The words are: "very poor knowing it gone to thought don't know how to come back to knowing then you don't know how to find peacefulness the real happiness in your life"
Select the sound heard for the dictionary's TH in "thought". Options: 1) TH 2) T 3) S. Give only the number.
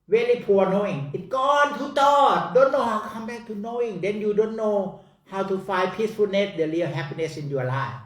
2